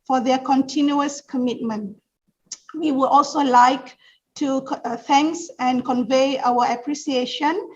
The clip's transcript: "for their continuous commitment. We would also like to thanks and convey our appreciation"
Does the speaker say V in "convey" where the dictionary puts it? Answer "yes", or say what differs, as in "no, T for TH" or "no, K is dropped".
yes